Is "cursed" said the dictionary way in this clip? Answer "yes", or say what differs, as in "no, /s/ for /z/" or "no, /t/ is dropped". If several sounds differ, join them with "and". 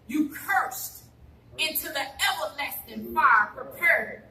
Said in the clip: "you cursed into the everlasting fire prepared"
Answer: yes